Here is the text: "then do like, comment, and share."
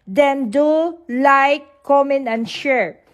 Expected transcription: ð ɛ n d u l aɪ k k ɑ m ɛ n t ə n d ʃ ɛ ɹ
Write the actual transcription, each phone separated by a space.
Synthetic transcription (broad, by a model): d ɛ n d u l aɪ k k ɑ m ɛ n ə n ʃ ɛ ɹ